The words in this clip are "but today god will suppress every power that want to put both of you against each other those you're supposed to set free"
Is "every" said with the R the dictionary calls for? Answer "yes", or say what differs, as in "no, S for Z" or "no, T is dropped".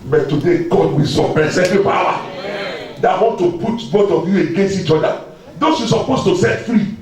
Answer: no, R is dropped